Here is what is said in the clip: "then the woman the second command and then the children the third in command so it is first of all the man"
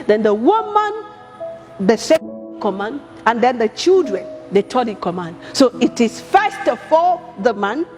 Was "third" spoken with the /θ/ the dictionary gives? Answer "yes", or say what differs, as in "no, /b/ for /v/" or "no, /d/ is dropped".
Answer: no, /t/ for /θ/